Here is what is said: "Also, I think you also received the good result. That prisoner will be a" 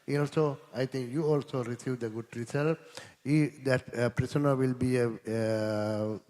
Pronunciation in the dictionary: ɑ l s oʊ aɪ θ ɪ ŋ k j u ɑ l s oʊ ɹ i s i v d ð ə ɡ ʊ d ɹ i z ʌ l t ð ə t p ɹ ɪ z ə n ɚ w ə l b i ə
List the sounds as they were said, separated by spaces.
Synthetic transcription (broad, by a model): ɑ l s oʊ aɪ t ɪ ŋ k j u ɑ l s oʊ ɹ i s i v d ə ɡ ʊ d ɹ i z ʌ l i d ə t p ɹ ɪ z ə n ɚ w ə l b i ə